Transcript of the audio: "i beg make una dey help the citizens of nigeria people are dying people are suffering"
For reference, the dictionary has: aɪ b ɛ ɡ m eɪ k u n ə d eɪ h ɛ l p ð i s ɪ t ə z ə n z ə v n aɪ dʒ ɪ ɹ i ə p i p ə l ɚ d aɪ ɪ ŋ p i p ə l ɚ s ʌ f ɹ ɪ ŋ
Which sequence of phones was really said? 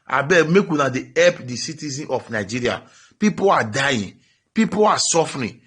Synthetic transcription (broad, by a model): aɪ b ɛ m eɪ k u n ə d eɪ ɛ p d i s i t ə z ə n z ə f n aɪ dʒ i ɹ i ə p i p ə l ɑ d aɪ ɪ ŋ p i p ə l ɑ s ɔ f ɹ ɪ